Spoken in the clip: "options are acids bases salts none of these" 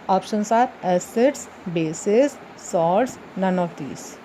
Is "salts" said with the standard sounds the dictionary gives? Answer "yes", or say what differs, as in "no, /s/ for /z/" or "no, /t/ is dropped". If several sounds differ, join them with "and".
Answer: no, /l/ is dropped